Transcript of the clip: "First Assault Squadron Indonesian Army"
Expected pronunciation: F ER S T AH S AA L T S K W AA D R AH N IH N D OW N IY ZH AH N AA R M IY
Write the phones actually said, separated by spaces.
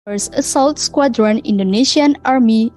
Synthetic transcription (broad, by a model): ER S AH S AA L T S K W AA D R AH N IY N D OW N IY SH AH N AA R M IY